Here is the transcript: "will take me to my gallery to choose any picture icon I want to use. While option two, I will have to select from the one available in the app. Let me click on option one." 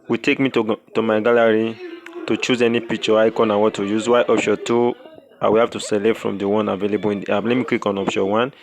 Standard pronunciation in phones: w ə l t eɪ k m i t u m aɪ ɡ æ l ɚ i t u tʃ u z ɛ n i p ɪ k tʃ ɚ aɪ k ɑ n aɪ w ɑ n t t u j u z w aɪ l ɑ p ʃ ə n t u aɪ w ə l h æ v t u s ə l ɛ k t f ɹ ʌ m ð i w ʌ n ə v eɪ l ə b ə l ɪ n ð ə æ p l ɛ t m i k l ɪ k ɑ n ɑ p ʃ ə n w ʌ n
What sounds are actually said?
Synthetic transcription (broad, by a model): w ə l t eɪ k m i t u m aɪ ɡ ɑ l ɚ i t u tʃ u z ɛ n i p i k tʃ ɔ aɪ k ɑ n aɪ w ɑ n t t u j u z w aɪ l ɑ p ʃ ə t u aɪ w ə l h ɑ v t u s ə l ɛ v f ɹ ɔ m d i w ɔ n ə v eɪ l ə b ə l ɪ n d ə l ɛ t m i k w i k ɑ n ɑ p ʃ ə w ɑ n